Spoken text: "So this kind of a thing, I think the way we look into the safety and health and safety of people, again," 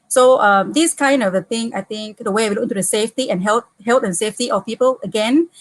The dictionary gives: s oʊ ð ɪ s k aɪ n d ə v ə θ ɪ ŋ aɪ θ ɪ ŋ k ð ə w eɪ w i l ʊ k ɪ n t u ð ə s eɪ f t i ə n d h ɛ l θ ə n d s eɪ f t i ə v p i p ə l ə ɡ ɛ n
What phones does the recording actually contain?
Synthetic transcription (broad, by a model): s oʊ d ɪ s k aɪ n d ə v ə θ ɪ ŋ aɪ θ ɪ ŋ k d ə w eɪ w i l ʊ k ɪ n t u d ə s eɪ f t i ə n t h ɛ l t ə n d s eɪ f t i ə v p i p ə l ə ɡ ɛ n